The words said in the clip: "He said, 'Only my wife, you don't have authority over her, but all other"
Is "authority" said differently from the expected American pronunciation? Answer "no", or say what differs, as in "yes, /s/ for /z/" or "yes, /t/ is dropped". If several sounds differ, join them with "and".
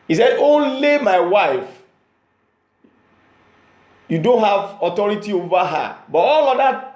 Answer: yes, /t/ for /θ/